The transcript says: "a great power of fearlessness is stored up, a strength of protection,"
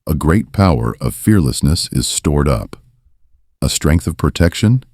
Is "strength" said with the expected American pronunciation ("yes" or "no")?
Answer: yes